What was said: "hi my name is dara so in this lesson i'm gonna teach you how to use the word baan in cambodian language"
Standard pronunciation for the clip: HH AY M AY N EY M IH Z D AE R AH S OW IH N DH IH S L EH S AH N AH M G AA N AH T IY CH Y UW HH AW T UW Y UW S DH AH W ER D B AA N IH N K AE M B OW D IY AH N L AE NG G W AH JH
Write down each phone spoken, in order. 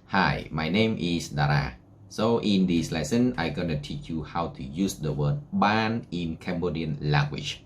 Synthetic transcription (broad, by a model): HH AY M AY N EY M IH S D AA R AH S OW IH N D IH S L EH S AH N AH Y G AA N AH T IY CH Y UW HH AW T UW Y UW S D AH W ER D B AA N IH N K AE M B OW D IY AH N L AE NG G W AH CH